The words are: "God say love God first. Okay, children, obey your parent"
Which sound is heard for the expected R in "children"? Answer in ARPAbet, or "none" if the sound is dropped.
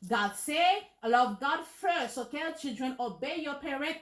R